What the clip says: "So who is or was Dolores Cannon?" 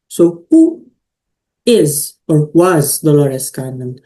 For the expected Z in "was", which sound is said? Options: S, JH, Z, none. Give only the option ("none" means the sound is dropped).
Z